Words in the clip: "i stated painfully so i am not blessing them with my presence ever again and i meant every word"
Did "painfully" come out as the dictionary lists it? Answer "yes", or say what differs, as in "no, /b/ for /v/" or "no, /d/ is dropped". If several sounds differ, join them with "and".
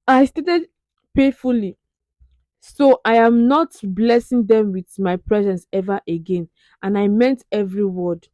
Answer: no, /n/ is dropped